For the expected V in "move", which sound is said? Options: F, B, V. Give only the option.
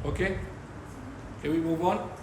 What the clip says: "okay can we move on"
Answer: B